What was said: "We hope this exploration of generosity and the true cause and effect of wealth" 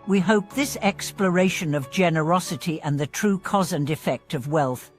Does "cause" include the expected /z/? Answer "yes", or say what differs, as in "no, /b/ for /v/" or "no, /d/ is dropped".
yes